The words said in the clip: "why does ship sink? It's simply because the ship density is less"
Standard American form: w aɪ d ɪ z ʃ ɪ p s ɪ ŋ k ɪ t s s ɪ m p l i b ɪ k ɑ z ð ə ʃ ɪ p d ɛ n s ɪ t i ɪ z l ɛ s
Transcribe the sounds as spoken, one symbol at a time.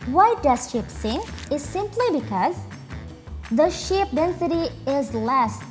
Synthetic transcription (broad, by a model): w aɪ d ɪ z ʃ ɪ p s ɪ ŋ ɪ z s s ɪ m p l i b ɪ k ɑ z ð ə ʃ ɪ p d ɛ n s ɪ t i ɪ z l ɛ s